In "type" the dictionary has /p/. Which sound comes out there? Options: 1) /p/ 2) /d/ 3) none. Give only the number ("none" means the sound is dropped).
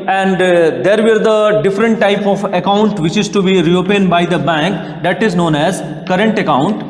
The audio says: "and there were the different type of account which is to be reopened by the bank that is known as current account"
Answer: 1